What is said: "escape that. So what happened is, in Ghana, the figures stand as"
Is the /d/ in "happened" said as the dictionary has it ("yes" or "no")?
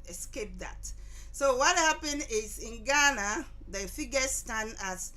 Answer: no